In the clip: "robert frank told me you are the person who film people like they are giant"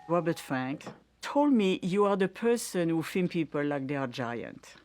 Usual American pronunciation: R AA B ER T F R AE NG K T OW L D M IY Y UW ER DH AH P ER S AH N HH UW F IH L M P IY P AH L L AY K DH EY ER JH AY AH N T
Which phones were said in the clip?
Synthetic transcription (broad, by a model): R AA B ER T F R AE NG K T OW L D M IY Y UW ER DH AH P ER S AH N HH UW F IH M P IY P AH L L AY K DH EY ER JH AY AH N T